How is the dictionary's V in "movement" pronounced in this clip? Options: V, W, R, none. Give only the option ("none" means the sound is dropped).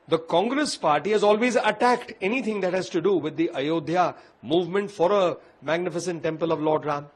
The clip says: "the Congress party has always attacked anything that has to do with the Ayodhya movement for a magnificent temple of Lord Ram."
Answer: V